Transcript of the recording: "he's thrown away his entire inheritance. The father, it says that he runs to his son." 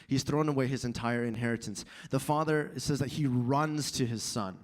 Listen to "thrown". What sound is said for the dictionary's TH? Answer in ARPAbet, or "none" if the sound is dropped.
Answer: TH